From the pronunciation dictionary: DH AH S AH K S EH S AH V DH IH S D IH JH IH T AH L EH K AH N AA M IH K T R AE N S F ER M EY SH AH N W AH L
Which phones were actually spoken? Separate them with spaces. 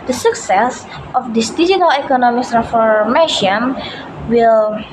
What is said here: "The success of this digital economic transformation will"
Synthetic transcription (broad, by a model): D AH S AH K S EH S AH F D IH S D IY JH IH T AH L EH K AH N AA M IH K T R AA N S F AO M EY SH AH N W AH L